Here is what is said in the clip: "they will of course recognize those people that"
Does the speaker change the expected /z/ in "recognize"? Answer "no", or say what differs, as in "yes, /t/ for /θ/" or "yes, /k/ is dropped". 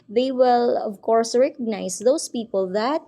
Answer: yes, /s/ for /z/